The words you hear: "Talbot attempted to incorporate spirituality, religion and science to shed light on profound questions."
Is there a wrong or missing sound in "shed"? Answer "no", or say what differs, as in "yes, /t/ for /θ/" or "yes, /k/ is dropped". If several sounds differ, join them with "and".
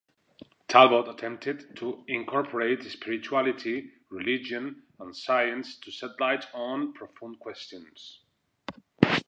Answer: yes, /s/ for /ʃ/